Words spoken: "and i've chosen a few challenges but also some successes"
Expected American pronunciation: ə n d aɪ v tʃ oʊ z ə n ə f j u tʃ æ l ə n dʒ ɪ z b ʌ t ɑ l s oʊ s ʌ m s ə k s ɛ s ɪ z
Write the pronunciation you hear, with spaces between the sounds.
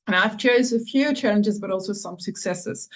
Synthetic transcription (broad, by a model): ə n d aɪ v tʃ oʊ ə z ə f j u tʃ æ l ə n dʒ ɪ z b ʌ t ɑ l s oʊ s ʌ m s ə k s ɛ s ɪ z